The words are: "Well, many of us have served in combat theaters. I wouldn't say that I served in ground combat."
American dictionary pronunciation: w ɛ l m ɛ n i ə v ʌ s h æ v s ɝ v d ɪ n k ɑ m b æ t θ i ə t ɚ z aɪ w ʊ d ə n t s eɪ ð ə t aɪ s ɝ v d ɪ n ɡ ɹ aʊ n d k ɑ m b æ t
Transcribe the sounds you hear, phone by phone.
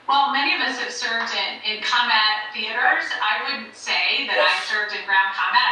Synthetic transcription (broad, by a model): w ɛ l m ɛ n i ə v ʌ s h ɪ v s ɝ v d ɪ n k ɑ m b æ t θ i ə t ɚ z aɪ w ʊ d n t s eɪ ð ə t aɪ s ɝ v d ɪ n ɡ ɹ aʊ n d k ɑ m b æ t